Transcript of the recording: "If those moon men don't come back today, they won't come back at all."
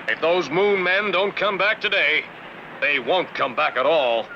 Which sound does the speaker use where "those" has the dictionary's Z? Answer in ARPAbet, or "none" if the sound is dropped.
Z